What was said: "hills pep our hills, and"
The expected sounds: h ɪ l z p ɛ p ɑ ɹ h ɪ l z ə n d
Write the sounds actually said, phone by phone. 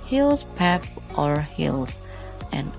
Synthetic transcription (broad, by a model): h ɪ l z p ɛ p ɑ ɹ h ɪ l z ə n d